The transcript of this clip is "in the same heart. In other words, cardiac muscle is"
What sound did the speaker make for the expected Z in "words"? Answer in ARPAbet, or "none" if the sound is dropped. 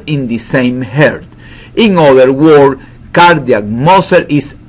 none